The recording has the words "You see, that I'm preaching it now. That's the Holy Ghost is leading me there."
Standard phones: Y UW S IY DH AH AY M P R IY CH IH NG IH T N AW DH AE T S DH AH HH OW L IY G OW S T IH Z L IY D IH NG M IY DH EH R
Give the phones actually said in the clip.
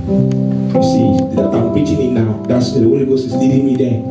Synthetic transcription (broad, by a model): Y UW S IY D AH AY M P R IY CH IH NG IH T N AW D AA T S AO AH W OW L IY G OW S IH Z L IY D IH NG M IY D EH